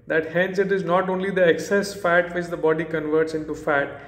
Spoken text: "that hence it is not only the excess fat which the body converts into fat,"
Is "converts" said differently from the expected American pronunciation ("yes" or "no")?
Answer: no